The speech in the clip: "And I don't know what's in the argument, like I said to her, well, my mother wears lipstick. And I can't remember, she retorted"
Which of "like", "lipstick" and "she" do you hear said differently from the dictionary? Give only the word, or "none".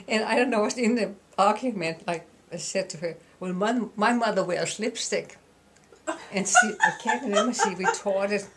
she